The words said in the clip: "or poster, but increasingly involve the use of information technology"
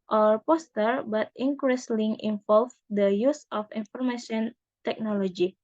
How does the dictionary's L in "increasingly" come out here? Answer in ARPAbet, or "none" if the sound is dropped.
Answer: none